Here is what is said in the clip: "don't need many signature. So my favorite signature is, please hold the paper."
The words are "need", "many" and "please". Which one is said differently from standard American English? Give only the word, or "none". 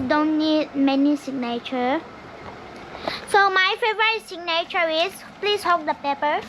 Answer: please